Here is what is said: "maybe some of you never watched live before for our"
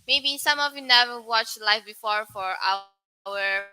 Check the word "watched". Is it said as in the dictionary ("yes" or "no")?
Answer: yes